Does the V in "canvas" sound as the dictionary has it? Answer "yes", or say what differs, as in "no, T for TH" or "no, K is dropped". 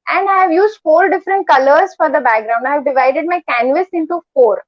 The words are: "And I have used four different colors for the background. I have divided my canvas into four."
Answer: yes